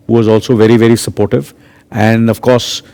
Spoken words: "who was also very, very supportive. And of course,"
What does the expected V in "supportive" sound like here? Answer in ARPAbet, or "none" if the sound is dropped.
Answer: V